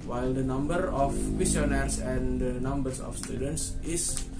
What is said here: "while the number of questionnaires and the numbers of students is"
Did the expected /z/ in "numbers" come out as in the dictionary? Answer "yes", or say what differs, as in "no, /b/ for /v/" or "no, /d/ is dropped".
no, /s/ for /z/